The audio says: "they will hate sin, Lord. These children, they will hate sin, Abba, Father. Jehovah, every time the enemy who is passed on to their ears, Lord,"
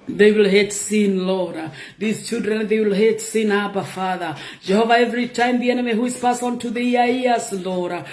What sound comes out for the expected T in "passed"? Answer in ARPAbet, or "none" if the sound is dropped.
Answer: none